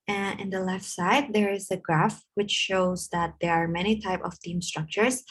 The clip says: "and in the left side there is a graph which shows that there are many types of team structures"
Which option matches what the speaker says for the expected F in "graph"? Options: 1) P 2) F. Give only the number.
2